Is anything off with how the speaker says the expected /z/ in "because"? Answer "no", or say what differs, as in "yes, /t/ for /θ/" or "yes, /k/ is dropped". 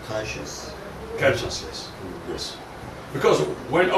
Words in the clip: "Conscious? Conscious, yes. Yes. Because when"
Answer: no